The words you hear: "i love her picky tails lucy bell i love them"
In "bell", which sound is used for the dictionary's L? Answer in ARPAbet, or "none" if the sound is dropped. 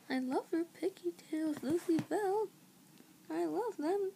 L